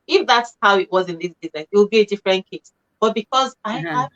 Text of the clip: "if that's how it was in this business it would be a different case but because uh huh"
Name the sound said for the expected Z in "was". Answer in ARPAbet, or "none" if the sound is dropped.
Z